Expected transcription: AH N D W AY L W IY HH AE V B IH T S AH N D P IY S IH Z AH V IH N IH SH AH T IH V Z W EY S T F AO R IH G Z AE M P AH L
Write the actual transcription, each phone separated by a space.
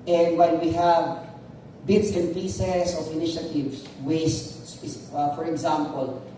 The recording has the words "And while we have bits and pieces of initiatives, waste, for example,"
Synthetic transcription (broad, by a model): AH N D W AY N W IY HH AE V B IH T S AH N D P IY S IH S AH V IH N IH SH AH T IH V S W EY S T F AO R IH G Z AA M P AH L